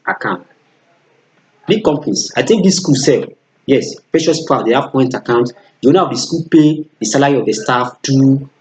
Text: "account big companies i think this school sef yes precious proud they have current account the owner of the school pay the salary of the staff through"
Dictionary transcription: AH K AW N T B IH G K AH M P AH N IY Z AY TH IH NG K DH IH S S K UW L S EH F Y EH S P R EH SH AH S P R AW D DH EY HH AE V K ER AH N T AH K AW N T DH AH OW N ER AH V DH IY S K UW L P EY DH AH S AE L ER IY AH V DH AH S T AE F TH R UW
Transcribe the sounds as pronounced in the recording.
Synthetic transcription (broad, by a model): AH K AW N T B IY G K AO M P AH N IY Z AY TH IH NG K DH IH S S K UW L S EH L Y EH S P R EH SH AH S P AW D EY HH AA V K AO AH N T AH K AW N T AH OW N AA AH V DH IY S K UW L P EY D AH S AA L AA IY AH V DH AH S T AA F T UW